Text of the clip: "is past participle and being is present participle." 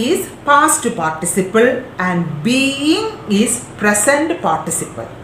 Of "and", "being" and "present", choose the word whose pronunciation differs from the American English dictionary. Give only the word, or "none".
present